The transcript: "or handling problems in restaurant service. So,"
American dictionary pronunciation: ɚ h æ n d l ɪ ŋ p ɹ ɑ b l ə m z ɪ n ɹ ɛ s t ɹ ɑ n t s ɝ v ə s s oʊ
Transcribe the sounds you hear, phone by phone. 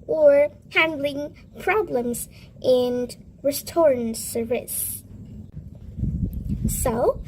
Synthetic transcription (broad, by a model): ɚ h æ n d l ɪ ŋ p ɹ ɑ b l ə m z ɪ n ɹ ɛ s t ɑ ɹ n s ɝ ə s s oʊ